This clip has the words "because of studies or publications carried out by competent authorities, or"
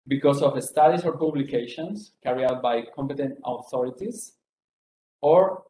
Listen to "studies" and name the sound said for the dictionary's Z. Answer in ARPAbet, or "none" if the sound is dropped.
S